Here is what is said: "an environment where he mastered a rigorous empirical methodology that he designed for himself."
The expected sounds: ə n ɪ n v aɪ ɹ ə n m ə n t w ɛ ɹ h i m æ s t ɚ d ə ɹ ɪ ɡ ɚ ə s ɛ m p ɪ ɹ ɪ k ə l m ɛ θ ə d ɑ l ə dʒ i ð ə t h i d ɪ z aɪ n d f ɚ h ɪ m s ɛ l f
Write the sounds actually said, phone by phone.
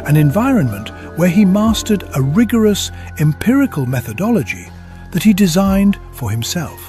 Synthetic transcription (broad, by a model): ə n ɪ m v aɪ ɹ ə n m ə n t w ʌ ɹ i m æ s t ɚ d ə ɹ ɪ ɡ ɚ ə s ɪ m p ɪ ɹ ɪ k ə l m ɛ θ ə d ɑ l ə dʒ i ð ə t h i d ɪ z aɪ n d f ɚ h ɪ m s ɛ l f